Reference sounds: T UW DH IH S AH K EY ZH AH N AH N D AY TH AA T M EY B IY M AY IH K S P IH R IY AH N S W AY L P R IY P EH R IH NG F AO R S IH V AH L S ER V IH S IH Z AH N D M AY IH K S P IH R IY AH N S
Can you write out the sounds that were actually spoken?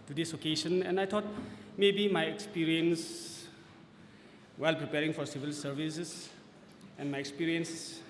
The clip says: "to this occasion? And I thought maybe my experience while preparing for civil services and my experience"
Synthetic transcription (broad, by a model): T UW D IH S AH K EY SH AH N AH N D AY T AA T M EY B IY M AY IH K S P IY R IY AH N S W AY L P R IY P EH R IH NG F AO R S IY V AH L S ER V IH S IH S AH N M AY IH K S P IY R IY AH N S